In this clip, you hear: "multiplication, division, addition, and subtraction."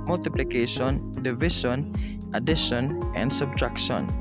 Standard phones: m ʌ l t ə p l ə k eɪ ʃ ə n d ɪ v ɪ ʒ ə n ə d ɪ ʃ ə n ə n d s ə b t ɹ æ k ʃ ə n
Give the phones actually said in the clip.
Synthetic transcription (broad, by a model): m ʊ l t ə p l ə k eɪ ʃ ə n d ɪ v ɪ ʃ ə n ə d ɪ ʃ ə n ə n d s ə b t ɹ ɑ k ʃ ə n